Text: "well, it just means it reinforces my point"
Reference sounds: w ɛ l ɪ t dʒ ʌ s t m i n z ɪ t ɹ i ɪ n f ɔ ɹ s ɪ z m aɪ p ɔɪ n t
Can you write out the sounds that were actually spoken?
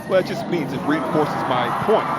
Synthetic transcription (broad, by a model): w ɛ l ɪ t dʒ ʌ s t m i n z ɪ t ɹ i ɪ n f ɔ ɹ s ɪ z m aɪ p ɔɪ n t